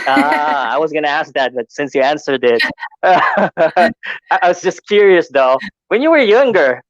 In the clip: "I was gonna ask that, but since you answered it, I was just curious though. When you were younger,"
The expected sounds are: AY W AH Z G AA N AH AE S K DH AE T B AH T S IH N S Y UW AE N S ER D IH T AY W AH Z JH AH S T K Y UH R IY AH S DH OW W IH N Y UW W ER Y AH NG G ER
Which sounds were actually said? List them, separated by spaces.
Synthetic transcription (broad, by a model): AY W AH Z G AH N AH AE S K DH AE T B AH T S IH N S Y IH AE N S ER D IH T AY W AH Z JH AH S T K Y UH R IY AH S DH OW W IH N Y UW W ER Y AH NG G ER